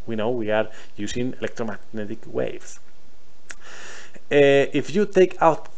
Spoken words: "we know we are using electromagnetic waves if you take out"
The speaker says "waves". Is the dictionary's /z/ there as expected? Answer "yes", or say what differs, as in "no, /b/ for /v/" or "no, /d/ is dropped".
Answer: no, /s/ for /z/